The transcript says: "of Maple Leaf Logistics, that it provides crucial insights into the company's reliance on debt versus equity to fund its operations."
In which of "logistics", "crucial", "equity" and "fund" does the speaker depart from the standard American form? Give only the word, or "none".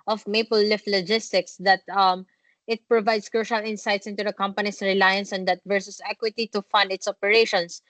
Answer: none